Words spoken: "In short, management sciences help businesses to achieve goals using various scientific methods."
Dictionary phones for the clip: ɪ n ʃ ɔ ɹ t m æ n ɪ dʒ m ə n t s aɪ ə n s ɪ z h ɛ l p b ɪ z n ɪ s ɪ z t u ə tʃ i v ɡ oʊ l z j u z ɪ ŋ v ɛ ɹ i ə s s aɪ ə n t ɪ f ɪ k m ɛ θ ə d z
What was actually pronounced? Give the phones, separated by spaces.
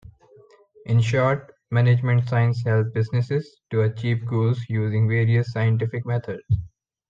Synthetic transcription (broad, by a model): ɪ n ʃ ɔ ɹ t m æ n ɪ dʒ m ə n t s aɪ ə n s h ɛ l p b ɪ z n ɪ s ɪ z t u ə tʃ i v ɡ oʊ l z j u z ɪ ŋ v ɛ ɹ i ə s s aɪ ə n t ɪ f ɪ k m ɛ t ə d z